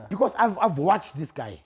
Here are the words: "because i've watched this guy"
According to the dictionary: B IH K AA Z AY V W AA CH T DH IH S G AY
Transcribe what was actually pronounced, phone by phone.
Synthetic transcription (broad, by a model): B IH K AA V AY V W AA CH T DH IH S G AY